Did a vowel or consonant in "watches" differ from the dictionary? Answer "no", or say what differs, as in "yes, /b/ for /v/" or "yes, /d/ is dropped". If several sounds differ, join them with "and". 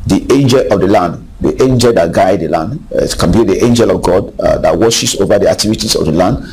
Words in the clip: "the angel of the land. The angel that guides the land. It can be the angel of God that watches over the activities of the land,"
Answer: yes, /ʃ/ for /tʃ/